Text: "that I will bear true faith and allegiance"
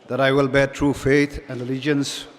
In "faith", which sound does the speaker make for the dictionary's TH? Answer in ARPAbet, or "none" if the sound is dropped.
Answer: T